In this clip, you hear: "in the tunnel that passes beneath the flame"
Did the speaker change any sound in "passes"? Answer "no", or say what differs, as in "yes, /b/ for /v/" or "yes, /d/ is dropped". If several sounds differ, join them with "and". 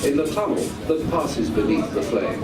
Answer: no